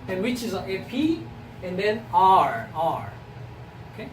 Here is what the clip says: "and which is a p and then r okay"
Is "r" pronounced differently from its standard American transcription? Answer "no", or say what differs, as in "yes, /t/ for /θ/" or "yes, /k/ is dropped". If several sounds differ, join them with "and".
no